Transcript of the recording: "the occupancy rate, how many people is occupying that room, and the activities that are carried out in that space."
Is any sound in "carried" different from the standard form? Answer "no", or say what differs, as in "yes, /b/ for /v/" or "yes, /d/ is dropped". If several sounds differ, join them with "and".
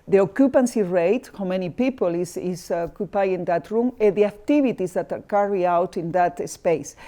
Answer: yes, /d/ is dropped